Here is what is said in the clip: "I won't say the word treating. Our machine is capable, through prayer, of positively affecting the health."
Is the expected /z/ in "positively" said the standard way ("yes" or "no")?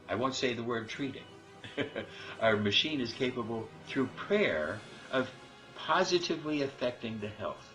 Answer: yes